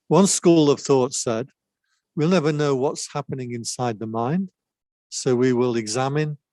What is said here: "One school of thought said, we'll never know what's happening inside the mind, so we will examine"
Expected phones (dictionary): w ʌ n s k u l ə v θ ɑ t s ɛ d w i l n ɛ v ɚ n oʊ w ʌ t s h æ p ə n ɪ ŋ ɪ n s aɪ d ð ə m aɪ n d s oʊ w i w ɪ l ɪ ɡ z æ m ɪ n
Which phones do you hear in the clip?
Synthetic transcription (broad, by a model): w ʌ n s k u l ə v θ ɑ t s ɛ d w i l n ɛ v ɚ n oʊ w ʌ t s h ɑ p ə n ɪ ŋ ɪ n s aɪ d ð ə m aɪ n d s oʊ w i w ɪ l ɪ ɡ z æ m ɪ n